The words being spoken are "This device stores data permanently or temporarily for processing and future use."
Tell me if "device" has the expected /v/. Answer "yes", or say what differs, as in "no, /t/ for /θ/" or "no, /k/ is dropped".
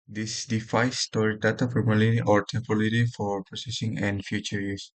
no, /f/ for /v/